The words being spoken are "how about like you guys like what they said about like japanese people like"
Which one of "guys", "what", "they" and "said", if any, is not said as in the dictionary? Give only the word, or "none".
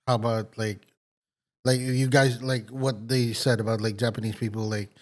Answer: none